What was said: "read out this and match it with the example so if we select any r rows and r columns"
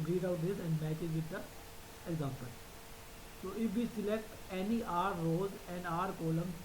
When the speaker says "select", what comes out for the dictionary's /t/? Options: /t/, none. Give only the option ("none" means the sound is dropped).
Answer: /t/